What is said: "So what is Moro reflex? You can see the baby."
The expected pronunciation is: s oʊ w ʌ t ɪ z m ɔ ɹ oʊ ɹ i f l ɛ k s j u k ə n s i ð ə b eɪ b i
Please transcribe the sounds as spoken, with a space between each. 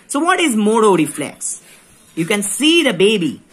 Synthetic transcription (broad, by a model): s oʊ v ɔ t ɪ z m ɔ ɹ oʊ ɹ i f l ɛ k s j u k ə n s i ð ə b eɪ b i